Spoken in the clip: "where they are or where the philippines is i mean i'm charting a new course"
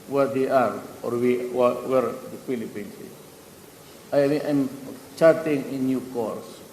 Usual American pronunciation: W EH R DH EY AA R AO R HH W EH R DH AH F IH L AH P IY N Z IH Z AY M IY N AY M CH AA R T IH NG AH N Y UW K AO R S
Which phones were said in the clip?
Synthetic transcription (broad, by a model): W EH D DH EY AA R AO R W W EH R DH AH F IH L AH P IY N S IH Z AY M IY AY M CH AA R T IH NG AH N Y UW K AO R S